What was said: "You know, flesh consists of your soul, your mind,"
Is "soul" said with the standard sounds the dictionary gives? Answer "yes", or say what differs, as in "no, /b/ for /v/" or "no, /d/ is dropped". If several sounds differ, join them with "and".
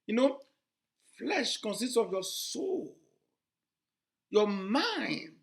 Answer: yes